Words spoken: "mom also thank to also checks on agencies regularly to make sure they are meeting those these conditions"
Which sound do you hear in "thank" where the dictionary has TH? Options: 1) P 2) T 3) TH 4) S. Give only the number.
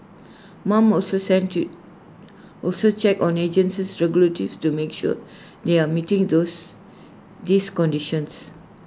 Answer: 4